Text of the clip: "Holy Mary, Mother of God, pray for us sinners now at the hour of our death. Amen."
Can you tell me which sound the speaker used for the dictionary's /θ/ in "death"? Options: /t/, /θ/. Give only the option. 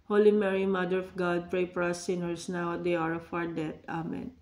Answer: /t/